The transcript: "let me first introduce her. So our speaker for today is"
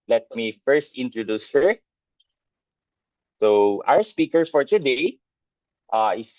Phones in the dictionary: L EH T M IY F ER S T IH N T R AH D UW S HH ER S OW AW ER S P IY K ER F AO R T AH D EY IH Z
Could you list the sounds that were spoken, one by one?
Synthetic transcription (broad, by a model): L EH T M IY F ER S T IH N T R AH D UW S HH ER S OW AW ER S P IY K ER F AO R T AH D EY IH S